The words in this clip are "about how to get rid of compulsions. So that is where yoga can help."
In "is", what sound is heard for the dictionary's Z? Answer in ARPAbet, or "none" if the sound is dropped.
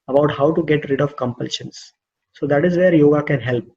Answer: Z